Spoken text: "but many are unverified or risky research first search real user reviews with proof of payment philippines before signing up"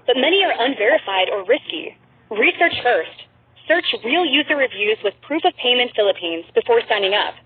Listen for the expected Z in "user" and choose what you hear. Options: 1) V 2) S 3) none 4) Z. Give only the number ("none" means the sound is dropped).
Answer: 4